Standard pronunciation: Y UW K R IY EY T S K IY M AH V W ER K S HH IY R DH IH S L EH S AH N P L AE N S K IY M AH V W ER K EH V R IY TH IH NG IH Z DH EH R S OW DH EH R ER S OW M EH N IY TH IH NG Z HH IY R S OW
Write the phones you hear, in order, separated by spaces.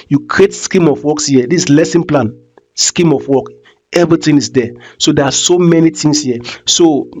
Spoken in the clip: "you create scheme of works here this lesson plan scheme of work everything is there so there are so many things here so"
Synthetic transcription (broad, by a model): Y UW K R IY EY T S K IY M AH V W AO K S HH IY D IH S L EH S AH N P L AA N S K IY M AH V W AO K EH V R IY T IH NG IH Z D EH S OW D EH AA S OW M EH N IY T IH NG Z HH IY S OW